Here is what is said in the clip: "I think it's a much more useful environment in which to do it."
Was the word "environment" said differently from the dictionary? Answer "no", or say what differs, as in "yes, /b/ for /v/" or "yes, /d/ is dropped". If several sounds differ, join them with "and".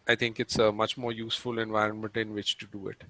no